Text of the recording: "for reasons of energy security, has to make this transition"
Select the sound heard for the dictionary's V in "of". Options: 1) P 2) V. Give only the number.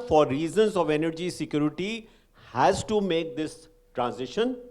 2